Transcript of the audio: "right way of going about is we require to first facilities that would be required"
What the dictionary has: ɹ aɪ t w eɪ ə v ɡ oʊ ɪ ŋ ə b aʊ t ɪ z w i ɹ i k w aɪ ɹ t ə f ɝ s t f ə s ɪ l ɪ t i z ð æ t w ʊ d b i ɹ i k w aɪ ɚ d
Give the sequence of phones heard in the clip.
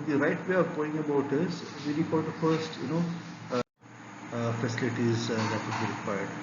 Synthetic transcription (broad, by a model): ɹ aɪ t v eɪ ə v ɡ oʊ ɪ ŋ ə b aʊ t ɪ z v i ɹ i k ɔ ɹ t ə f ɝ s t f ə s ɪ l ɪ t i z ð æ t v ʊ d b i ɹ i k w aɪ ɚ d